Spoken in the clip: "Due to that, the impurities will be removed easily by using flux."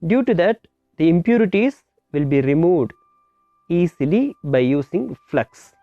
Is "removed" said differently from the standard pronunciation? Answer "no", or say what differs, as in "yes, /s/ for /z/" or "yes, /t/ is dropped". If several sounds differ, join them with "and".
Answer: no